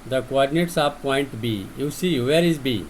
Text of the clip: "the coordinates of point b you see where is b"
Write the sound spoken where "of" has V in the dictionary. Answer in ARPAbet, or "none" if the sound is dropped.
P